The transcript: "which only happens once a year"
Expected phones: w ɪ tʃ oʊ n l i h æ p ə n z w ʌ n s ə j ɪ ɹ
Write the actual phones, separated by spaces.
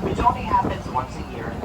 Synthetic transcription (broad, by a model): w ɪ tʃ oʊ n i h æ p ə n z w ʌ n s ə j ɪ ɹ